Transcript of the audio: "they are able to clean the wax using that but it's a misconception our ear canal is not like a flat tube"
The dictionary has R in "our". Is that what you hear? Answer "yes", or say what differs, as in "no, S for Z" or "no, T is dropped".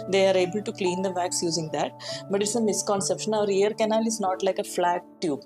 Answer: yes